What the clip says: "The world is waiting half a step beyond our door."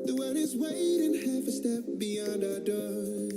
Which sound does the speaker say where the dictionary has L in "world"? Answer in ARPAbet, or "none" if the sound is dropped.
none